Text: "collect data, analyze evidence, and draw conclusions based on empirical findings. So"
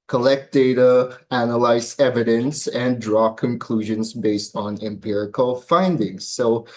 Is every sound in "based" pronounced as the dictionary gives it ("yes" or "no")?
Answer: yes